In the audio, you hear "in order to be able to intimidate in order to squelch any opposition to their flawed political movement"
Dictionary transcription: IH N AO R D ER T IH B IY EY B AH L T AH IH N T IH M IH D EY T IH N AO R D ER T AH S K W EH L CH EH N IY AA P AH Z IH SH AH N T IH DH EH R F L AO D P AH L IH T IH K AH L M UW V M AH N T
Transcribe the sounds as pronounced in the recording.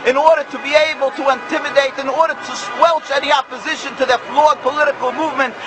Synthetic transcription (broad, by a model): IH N AO R D ER T IH B IY EY B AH L T AH IH N T IH M IH D EY T IH N AO R D ER T AH S K W EH L CH EH N IY AA P AH Z IH SH AH N T IH DH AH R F L AO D P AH L IH T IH K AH L M UW V M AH N T